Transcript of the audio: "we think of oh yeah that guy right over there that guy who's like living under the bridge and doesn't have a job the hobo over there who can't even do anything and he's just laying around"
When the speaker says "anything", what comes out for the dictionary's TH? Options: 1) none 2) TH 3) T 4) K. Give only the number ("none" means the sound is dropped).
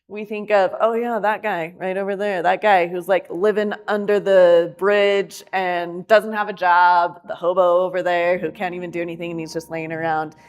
2